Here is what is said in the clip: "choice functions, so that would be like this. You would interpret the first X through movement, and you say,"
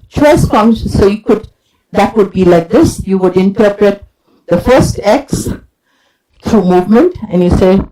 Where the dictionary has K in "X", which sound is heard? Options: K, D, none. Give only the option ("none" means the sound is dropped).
K